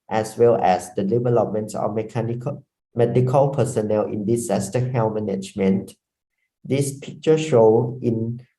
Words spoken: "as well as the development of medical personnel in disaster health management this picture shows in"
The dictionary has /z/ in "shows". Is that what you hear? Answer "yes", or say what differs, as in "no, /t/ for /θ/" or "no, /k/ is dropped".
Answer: no, /z/ is dropped